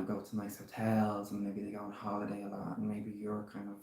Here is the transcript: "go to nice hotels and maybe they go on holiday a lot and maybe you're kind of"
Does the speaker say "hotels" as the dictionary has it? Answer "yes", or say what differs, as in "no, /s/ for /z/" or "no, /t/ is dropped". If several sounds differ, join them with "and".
yes